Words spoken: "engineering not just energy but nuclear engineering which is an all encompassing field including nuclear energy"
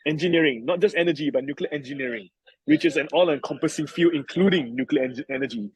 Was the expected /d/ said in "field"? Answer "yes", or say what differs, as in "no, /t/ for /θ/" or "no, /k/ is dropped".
no, /d/ is dropped